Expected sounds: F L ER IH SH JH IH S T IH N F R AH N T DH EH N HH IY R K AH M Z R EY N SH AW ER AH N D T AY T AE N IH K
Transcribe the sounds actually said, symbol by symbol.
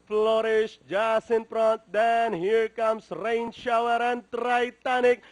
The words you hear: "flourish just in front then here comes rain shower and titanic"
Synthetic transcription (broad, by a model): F L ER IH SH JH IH S IH N P R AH N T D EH N HH IY R K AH M S R EY N SH AW ER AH N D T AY T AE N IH K